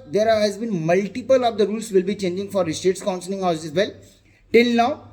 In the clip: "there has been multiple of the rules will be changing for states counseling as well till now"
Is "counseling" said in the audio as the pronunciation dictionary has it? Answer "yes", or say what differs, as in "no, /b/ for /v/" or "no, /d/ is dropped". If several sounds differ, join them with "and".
no, /n/ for /l/